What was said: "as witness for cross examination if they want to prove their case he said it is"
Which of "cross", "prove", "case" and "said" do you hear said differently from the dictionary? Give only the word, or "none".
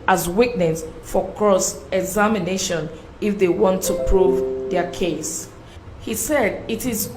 none